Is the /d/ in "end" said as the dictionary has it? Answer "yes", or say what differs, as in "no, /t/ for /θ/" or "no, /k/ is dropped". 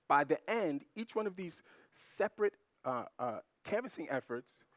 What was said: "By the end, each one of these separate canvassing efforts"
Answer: yes